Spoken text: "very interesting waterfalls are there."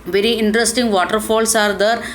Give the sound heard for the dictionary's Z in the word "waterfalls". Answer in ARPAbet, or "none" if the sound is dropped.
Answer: S